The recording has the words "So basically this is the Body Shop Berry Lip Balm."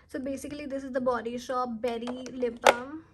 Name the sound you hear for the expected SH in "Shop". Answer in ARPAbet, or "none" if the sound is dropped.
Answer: SH